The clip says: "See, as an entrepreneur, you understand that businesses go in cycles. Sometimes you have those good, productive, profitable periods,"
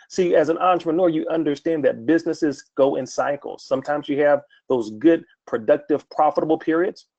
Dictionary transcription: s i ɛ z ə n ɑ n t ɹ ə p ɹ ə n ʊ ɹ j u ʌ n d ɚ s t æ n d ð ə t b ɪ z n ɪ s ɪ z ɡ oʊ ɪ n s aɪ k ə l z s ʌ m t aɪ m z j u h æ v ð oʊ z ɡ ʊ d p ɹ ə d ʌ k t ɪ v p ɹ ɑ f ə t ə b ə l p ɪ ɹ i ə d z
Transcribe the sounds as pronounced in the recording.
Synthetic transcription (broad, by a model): s i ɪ z ə n ɑ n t ɹ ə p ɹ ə n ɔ ɹ j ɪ ʌ n d ɚ s t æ n ð ə t b ɪ z n ɪ s ɪ z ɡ oʊ ɪ n s aɪ k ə l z s ʌ m t aɪ m z j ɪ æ v ð oʊ z ɡ ʊ d p ɹ ə d ʌ k t ɪ v p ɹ ɑ f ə t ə b l p ɪ ɹ i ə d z